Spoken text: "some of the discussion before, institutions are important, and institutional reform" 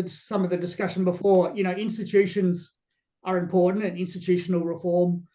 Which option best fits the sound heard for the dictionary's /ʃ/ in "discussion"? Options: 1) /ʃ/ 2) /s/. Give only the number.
1